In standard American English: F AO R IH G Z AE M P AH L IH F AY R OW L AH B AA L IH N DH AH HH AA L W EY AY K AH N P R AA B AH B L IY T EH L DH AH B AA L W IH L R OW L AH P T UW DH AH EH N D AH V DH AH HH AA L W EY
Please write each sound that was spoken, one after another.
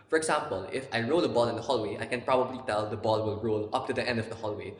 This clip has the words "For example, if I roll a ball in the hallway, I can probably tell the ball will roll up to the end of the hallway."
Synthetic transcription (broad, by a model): F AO R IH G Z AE M P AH L IH F AY R OW L AH B AA L IH N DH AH HH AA L W EY AY K AH N P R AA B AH B L IY T EH L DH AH B AA L W IH L R OW L AH P T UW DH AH EH N D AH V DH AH HH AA L W EY